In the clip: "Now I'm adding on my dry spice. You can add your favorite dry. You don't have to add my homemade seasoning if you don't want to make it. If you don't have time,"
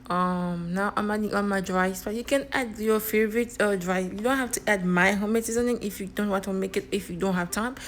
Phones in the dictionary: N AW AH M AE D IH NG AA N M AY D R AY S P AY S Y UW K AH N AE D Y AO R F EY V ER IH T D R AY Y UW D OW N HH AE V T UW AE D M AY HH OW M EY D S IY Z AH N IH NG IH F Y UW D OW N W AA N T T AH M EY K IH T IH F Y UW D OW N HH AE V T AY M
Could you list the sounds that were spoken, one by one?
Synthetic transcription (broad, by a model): N AW AH M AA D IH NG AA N M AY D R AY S B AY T Y UW K AH N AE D Y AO F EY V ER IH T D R AY Y UW D OW N HH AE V T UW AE D M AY HH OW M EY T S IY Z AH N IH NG IH F Y UW D OW N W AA T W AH M EY K IH T IH F Y UW D OW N HH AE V T AY M